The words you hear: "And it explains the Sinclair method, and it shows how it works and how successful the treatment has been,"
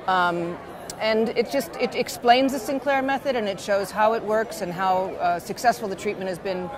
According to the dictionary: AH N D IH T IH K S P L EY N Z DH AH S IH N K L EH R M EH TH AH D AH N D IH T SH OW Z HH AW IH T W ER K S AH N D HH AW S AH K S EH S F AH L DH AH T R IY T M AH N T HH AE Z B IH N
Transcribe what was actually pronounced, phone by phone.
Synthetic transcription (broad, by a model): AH N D IH T IH K S P L EY N Z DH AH S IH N K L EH R M EH TH AH D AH N IH T SH OW Z HH AW IH T W ER K S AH N HH AW S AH K S EH S F L DH AH T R IY T M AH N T HH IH Z B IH N